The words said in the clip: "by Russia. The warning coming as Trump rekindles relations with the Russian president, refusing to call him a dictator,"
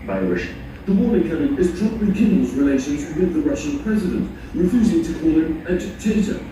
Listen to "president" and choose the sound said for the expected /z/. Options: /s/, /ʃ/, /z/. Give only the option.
/z/